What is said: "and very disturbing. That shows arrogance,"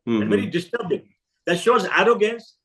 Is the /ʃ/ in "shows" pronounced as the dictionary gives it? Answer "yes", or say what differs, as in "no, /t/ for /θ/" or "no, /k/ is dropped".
yes